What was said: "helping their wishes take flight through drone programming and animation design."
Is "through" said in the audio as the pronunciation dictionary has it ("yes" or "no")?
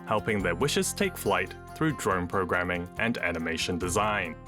yes